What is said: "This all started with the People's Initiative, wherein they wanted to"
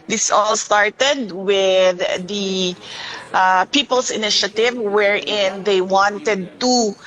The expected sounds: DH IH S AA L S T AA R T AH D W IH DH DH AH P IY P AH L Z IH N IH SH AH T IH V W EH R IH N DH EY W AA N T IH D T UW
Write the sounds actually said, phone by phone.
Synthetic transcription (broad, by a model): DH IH S AA L S T AA R T AH D W IH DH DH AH P IY P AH L S IH N IH SH AH T IH V W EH R IH N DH EY W AA N T IH D T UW